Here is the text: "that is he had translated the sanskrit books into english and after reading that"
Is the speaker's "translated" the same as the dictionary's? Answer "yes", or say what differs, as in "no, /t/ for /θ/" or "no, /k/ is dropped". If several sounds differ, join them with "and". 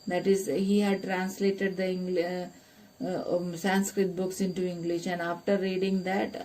yes